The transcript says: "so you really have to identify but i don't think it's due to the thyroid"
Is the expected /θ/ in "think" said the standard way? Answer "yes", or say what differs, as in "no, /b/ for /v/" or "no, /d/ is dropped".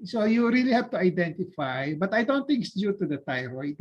no, /t/ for /θ/